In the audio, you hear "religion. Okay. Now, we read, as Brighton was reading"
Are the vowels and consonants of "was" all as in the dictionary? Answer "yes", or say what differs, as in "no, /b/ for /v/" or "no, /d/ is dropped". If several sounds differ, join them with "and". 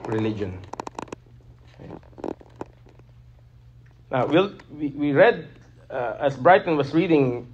no, /s/ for /z/